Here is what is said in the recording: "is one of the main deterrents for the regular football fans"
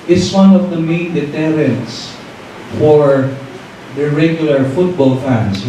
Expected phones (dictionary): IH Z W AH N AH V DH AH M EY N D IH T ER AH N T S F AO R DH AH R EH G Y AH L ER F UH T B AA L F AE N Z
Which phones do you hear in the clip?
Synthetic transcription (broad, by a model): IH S W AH N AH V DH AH M EY N D IH T ER AH N T S F AO R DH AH R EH G Y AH L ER F UH T B AA L F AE N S